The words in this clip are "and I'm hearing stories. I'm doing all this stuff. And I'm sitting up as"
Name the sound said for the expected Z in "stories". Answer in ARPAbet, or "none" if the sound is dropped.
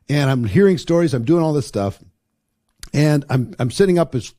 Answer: Z